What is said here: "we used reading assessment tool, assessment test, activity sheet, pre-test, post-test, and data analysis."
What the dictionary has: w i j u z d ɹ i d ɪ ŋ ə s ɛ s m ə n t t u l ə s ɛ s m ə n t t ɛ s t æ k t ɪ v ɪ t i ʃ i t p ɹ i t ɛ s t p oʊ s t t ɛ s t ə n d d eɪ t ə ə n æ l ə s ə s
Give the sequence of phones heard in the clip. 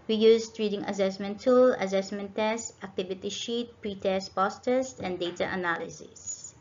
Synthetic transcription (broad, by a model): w i j u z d ɹ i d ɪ ŋ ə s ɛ s m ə n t t u l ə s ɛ s m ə n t t ɛ s t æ k t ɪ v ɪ t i ʃ i t p ɹ i t ɛ s t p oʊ s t t ɛ s t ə n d d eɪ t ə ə n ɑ l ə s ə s